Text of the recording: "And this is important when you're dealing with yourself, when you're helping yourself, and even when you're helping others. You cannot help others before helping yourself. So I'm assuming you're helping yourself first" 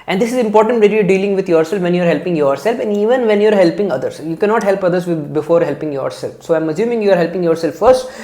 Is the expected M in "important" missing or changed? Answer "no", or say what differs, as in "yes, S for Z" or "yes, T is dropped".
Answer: no